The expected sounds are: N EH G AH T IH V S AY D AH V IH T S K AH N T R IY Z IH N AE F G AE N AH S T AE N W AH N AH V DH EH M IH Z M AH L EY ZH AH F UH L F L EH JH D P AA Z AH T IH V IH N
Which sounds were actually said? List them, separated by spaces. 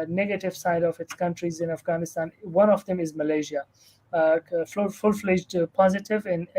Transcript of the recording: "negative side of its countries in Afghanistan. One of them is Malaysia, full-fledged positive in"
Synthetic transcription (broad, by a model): N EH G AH T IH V S AY D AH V IH T S K AH N T R IY Z IH N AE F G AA N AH S T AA N W AH N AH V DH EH M IH Z M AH L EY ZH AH F UH L F L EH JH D P AA Z AH T IH V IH N